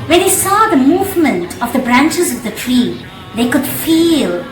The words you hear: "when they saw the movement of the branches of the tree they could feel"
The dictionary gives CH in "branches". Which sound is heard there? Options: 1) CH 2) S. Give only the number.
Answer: 1